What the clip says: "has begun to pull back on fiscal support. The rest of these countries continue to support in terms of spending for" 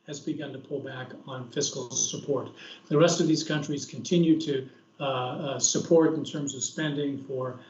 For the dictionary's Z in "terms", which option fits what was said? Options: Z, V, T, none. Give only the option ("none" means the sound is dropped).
Z